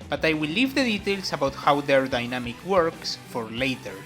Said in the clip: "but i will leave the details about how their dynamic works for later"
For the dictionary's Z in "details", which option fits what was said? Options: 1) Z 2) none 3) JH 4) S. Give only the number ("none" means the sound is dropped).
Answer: 4